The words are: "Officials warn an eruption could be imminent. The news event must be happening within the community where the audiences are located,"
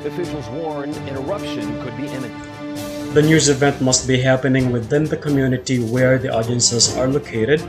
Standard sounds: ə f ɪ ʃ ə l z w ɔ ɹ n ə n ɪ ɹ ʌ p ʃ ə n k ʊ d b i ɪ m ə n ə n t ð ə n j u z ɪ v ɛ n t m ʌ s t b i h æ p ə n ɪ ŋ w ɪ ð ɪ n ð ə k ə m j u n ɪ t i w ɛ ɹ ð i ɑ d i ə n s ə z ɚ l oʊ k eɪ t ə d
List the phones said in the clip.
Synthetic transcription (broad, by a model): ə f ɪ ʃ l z w ɔ ɹ n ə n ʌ ɹ ʌ p ʃ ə n k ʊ d b i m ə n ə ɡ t ð ə n j u z ɪ v ɛ n t m ʌ s t b i h æ p ə n ɪ ŋ w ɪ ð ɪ n ð ə k ə m j u n ɪ t i w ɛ ɹ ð i ɑ d i ə n s ə z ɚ l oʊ k eɪ t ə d